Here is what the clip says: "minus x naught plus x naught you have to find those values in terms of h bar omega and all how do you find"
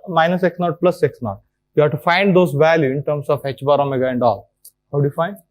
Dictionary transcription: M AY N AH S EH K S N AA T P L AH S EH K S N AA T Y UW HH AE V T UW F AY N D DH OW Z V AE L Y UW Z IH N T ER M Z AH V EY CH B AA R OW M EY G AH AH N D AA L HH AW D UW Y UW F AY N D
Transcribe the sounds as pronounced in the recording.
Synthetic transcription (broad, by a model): M AY N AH S EH K S N AA T P L AH S EH K S N AA T Y UW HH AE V T UW F AY N D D OW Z V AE L Y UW IH N T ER M S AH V EY CH B AA R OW M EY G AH AH N D AA L HH AW D UW Y UW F AY N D